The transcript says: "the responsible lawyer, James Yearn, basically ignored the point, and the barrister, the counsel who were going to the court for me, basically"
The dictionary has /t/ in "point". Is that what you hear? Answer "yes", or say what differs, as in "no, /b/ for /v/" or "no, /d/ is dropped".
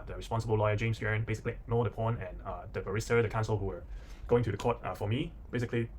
no, /t/ is dropped